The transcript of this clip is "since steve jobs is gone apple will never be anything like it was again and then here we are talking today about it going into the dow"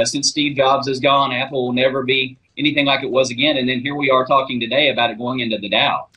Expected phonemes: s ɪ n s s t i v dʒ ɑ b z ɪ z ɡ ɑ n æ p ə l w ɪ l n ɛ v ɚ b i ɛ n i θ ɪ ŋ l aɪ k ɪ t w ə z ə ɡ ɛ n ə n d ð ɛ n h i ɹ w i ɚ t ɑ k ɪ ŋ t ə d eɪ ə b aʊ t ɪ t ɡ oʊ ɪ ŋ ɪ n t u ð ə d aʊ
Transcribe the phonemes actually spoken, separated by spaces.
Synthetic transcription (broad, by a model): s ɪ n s s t i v dʒ ɑ b z ɪ z ɡ ɑ n æ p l w ɪ l n ɛ v ɚ b i ɛ n i θ ɪ ŋ l aɪ k ɪ t w ə z ə ɡ ɛ n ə n ð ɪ n h i ɹ w i ɚ t ɑ k ɪ ŋ t ə d eɪ ə b aʊ t ɪ t ɡ oʊ ɪ ŋ ɪ n t u ð ə d aʊ